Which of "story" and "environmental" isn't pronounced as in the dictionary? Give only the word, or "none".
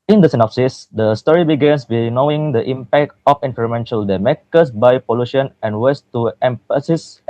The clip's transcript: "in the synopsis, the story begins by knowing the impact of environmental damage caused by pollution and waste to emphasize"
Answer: environmental